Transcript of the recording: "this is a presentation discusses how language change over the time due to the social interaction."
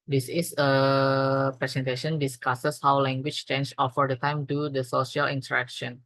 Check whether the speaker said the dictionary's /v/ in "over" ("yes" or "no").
no